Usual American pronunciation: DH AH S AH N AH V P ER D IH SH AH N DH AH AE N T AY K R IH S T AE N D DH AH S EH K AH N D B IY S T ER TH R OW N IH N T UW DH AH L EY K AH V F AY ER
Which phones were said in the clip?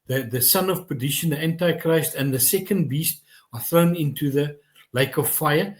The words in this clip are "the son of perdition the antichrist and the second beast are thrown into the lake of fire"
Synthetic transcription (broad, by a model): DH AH S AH N AH V P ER D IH SH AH N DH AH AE N T AY K R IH S T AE N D DH AH S EH K AH N D B IY S T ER TH R OW N IH N T UW DH AH L EY K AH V F AY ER